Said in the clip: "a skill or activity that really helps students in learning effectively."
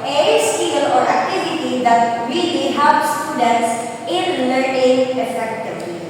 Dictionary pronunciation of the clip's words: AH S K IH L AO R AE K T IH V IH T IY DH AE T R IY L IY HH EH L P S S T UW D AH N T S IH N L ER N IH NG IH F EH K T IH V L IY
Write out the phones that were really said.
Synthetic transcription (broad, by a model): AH S K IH L AO R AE K T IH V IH T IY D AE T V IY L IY HH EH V S T UW D AH N T S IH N N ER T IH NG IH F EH K T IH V L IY